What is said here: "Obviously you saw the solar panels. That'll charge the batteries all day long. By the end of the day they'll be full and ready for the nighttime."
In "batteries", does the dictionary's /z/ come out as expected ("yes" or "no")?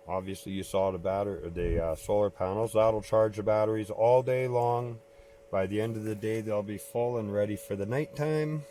yes